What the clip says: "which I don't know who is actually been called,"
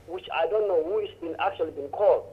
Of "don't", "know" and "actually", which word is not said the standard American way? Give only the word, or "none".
none